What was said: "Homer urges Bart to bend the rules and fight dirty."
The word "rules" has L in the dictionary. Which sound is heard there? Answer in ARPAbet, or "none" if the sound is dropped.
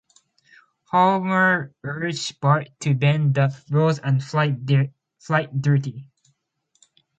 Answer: none